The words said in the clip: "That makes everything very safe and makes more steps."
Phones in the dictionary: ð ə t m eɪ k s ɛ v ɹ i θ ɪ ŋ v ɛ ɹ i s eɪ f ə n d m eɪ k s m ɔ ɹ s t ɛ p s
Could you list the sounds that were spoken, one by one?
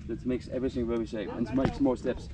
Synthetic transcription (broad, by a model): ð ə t m eɪ k s ɛ v ɹ i θ ɪ ŋ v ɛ l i ʃ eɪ p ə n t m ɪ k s m ɔ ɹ s t ɛ p s